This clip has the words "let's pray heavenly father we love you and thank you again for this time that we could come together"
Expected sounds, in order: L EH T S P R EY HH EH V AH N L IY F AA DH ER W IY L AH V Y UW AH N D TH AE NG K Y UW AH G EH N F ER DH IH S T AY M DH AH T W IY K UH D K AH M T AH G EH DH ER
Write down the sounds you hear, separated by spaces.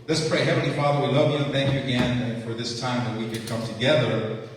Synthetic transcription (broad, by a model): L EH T S P R EY HH EH V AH N L IY F AA DH ER W IY L AH V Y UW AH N TH AE NG K Y UW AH G EH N F ER DH IH S T AY M DH AH T W IY K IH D K AH M T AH G EH DH ER